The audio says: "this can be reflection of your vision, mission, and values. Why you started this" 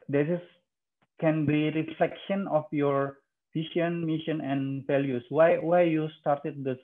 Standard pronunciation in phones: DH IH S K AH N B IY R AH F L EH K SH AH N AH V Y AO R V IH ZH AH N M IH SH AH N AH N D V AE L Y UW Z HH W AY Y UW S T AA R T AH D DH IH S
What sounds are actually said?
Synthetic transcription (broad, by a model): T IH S K AH N B IY R AH F L EH K SH AH N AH F Y AO R F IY SH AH N M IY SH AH N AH N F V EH L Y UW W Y W AY Y UW S T AA R T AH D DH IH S